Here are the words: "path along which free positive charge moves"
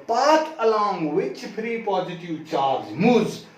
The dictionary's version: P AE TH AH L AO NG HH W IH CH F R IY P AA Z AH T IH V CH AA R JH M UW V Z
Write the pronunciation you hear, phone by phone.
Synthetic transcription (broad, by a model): P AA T AH L AO NG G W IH CH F R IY P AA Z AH T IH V CH AA R JH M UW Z